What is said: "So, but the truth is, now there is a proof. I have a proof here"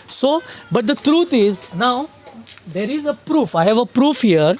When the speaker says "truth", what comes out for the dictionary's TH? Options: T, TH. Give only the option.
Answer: T